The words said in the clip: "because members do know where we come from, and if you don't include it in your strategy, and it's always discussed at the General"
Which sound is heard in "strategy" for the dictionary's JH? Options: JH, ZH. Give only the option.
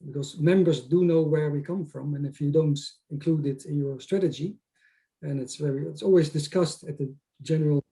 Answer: JH